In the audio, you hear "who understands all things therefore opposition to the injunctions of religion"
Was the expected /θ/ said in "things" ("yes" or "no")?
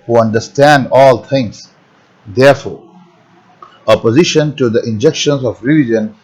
no